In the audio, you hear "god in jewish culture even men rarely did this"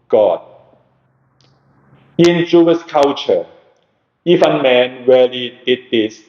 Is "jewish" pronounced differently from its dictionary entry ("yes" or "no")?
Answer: yes